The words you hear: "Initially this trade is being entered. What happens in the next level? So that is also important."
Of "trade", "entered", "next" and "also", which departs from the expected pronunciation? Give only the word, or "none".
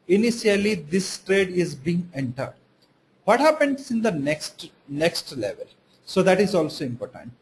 none